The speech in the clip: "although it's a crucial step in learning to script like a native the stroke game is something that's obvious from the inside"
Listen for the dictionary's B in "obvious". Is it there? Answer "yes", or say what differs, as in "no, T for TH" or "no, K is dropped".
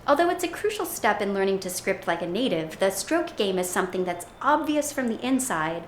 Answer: yes